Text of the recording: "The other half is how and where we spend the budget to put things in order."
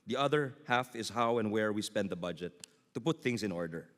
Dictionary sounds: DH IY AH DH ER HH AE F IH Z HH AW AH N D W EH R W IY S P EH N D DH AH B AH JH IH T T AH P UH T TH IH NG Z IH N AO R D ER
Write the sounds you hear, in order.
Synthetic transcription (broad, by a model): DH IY AH DH ER HH AE F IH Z HH AW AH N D W EH R W IY S P EH N D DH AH B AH JH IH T T AH P UH T TH IH NG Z IH N AO R D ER